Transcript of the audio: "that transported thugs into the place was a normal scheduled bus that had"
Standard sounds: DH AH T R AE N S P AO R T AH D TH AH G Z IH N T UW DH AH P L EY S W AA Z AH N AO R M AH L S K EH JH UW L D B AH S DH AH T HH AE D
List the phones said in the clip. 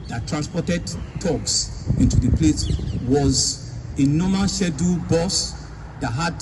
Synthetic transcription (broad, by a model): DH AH T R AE N S P AO T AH D T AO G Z IH N T UW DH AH P L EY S W AA Z AH N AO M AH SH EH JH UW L B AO S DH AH T HH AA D